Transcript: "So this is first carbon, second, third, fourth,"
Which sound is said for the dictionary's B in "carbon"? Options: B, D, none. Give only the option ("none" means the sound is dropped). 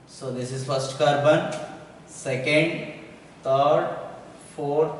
B